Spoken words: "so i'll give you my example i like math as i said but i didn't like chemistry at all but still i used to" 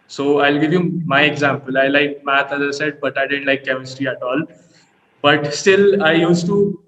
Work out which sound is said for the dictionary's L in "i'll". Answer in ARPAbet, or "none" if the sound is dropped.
L